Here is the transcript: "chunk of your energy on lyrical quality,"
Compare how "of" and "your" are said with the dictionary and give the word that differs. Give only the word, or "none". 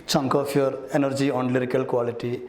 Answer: of